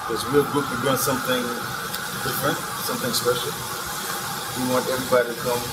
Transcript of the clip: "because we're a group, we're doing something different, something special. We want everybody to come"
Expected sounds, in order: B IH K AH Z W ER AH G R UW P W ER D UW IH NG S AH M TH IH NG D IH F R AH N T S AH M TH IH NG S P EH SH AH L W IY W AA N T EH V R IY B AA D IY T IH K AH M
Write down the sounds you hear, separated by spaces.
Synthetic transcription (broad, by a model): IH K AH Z W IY AH G UH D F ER D UW IH NG S AH M TH IH NG D IH F R AH N T S AH M TH IH NG S P EH SH L W IY W AA N T EH V R IY B AA D IY T IH K AH M